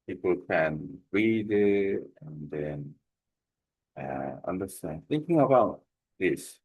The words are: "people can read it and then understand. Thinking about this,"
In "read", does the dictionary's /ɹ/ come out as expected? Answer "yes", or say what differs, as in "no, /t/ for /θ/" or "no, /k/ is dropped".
yes